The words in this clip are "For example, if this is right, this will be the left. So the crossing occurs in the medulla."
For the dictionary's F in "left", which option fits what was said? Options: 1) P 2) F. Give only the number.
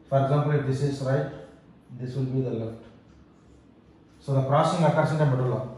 2